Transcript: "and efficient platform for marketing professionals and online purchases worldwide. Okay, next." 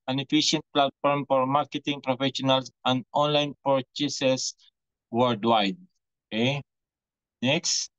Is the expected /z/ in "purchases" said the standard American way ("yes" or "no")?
no